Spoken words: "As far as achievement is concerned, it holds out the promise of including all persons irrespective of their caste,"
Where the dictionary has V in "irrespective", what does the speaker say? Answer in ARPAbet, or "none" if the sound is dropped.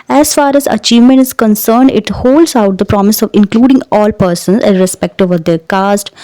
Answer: V